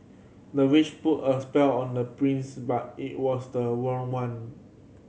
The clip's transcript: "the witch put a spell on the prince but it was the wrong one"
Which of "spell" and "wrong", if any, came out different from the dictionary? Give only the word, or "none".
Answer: wrong